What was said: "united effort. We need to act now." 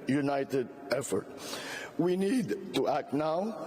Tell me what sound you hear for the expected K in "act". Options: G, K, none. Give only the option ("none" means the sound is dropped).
K